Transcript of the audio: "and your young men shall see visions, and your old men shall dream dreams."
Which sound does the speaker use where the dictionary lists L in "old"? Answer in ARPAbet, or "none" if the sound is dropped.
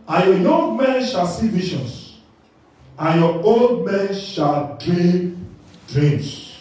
L